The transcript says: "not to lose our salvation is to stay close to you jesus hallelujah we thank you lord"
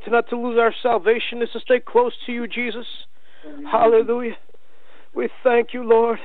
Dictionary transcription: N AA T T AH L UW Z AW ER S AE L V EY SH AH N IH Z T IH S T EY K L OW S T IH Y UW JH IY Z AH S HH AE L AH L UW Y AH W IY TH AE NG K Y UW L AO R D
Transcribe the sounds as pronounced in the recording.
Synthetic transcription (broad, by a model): N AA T T AH L UW Z AW ER S AE L V EY SH AH N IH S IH S T EY K L OW S T IH Y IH JH IY Z AH S HH AE L AH L UW Y AH W IY TH AE NG K Y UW L AO R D